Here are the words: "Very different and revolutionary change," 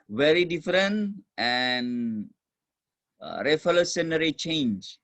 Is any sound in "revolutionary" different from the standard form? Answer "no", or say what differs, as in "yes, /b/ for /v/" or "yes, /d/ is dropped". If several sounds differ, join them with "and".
yes, /f/ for /v/ and /s/ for /ʃ/